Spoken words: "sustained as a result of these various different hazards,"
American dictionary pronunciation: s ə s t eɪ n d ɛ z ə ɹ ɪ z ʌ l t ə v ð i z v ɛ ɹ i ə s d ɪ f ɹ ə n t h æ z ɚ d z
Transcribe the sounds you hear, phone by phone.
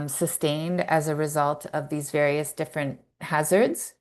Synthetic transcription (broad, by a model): s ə s t eɪ n d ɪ z ə ɹ ɪ z ʌ l t ə v ð i z v ɛ ɹ i ə s d ɪ f ɹ ə n t h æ z ɚ d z